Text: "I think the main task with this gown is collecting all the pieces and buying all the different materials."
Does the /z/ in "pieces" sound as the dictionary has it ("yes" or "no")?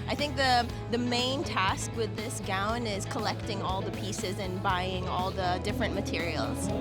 yes